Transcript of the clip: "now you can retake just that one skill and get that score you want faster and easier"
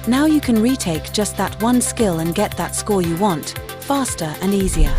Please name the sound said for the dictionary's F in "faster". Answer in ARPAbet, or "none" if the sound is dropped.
F